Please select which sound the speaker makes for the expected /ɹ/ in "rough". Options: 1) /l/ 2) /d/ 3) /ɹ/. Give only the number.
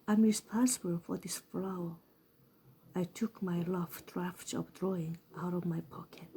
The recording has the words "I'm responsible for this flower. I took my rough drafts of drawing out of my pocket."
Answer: 1